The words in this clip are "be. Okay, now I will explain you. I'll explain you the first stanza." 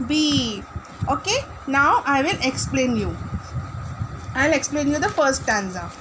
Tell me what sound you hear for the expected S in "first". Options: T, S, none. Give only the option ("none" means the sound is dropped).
none